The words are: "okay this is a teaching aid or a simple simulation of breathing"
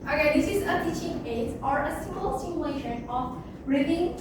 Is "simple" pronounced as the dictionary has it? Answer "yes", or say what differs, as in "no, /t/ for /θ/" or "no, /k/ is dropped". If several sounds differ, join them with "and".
no, /p/ is dropped